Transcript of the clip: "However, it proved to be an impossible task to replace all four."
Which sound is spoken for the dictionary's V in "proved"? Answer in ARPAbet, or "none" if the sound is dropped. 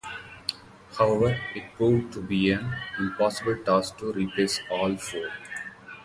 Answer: none